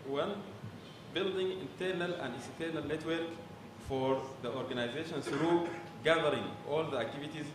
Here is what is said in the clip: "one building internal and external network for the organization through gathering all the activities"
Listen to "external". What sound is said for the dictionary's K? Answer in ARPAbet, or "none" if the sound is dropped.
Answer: none